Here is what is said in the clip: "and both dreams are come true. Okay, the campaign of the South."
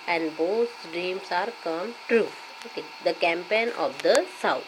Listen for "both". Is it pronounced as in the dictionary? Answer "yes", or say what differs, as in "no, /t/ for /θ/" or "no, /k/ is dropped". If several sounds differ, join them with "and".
no, /s/ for /θ/